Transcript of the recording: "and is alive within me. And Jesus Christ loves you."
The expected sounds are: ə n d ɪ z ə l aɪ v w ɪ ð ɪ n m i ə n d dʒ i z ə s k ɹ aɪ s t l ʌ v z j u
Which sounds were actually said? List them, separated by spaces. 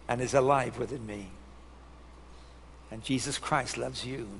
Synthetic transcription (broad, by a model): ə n ɪ z ə l aɪ v w ɪ ð ɪ n m i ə n dʒ i z ə s k ɹ aɪ s t l ʌ v z j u